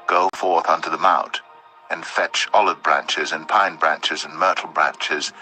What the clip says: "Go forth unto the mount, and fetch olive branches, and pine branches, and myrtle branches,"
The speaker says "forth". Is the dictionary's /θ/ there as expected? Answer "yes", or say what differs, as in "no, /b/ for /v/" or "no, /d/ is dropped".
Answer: yes